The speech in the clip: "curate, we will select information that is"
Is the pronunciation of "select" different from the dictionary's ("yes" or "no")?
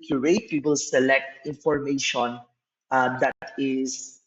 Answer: no